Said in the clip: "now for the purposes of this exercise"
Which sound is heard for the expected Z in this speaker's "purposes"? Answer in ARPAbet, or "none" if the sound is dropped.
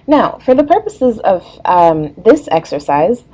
Z